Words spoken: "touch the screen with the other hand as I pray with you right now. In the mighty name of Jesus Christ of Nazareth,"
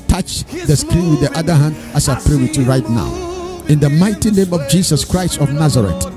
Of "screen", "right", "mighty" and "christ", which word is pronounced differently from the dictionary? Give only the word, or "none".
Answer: none